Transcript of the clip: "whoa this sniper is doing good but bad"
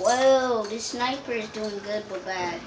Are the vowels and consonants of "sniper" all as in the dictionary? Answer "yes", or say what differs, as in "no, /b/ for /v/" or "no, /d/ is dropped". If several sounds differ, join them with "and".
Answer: yes